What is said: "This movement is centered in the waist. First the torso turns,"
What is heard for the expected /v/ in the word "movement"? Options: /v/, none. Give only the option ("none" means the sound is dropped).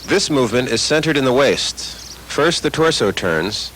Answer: /v/